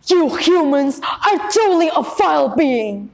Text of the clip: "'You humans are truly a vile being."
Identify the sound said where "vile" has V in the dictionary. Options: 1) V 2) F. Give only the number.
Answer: 2